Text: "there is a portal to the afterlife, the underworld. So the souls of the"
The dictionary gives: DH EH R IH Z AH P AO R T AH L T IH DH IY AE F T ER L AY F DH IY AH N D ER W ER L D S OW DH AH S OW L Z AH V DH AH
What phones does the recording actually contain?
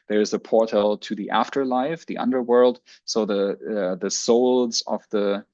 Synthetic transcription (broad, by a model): DH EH R IH Z AH P AO R T AH L T IH DH IY AE F T ER L AY F DH IY AH N D ER W ER L D S OW DH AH S OW L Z AH V DH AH